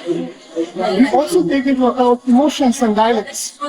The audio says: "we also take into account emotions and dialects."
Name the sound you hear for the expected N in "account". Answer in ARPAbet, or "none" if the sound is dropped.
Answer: none